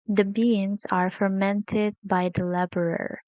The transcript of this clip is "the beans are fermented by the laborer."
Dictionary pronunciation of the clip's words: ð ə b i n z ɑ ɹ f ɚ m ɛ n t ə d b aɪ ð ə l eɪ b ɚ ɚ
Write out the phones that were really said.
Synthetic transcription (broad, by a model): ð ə b i n z ɑ ɹ f ɚ m ɛ n t ə d b aɪ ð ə l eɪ b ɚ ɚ